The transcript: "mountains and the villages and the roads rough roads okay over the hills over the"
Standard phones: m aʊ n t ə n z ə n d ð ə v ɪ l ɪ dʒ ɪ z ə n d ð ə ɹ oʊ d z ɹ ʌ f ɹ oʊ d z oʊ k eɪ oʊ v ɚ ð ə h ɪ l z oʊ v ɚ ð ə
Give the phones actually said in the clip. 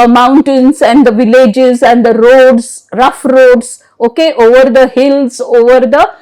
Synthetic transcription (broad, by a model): m aʊ n t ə n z ə n d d ə v ɪ l ɪ dʒ ɪ z ə n d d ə ɹ oʊ d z ɹ ʌ f ɹ oʊ d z oʊ k eɪ oʊ v ɚ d ə h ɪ l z oʊ v ɚ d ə